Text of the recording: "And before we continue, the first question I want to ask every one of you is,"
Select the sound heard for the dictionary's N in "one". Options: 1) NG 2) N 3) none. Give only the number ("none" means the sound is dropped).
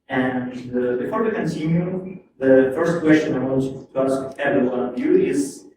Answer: 3